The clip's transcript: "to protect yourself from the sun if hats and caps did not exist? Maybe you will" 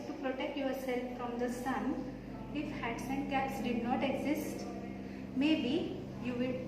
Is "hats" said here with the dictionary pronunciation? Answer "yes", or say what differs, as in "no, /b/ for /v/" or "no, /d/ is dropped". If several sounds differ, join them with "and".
yes